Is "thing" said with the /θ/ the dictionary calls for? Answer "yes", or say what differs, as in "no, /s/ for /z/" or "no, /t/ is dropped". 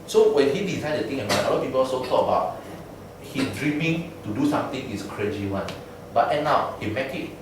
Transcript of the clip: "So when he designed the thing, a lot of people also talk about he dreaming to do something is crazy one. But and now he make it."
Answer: no, /t/ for /θ/